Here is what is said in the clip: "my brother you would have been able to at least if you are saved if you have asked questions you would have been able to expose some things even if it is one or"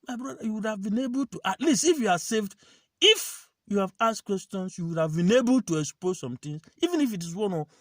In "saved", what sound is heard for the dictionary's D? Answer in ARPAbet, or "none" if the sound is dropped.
D